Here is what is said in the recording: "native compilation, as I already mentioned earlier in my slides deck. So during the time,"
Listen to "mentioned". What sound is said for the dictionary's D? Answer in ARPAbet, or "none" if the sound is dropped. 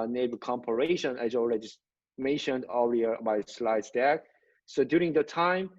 D